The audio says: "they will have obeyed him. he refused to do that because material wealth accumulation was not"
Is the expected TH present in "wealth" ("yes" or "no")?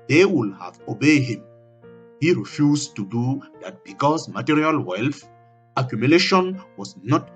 no